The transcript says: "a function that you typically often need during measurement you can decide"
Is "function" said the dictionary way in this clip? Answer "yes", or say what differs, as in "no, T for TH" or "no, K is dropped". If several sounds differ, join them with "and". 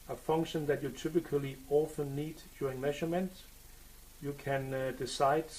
yes